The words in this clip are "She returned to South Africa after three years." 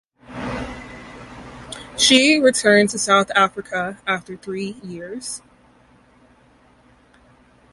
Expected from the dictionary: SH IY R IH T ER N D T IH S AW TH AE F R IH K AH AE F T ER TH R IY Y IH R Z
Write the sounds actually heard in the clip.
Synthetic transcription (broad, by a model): SH IY R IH T ER N T IH S AW TH AE F R IH K AH AE F T ER TH R IY Y IH R Z